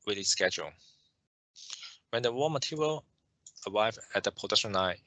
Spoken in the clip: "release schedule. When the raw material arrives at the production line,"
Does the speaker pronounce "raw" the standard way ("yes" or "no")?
no